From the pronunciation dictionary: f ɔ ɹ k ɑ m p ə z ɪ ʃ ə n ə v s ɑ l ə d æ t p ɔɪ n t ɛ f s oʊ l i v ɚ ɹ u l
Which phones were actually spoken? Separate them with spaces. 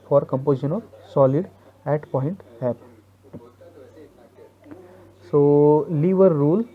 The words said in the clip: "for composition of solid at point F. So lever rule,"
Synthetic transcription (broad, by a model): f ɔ ɹ k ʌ m p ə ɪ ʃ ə n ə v s ɑ l ə d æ t p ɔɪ n t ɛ p s oʊ l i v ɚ ɹ u l